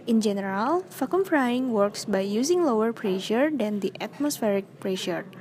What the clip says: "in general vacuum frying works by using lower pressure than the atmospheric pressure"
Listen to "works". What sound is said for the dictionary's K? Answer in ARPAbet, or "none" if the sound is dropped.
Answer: K